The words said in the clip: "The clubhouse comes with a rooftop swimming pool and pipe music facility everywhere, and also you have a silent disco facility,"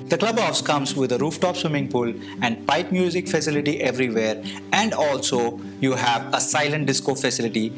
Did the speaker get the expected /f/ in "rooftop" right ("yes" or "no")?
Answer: yes